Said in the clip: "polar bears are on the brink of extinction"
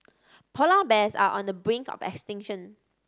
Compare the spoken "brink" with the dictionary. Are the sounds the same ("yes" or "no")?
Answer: yes